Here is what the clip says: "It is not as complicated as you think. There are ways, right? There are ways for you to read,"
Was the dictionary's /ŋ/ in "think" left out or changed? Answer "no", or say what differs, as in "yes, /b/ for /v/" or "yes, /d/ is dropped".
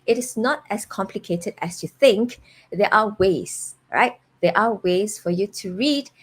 no